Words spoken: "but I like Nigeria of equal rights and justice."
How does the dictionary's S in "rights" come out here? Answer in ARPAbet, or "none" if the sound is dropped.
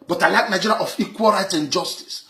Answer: none